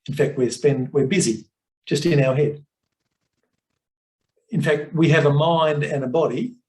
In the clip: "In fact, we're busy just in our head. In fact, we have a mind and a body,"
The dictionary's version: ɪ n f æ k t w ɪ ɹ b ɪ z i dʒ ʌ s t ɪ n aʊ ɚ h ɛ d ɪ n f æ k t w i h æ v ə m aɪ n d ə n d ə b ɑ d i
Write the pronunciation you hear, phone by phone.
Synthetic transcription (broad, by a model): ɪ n f æ k t w ɪ ɹ b ɪ z i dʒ ʌ s t ɪ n aʊ ɚ h ɛ d ɪ n f æ k t w i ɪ v ə m aɪ n d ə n ə b ɑ d i